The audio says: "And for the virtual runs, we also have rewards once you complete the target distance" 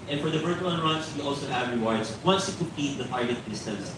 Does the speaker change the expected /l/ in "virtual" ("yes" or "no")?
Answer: yes